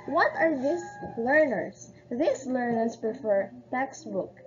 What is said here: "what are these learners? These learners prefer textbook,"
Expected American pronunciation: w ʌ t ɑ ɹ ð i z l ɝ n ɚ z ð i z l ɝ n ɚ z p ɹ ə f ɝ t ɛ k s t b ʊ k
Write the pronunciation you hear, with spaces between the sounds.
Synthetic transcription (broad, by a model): w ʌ t ɑ ɹ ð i s l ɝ n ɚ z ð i s l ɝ n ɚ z p ɹ ə f ɝ t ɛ k s t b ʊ k